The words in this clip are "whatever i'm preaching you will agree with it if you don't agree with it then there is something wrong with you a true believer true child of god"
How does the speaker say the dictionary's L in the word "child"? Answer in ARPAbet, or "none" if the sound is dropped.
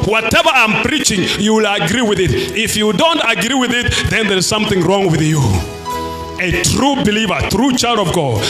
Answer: L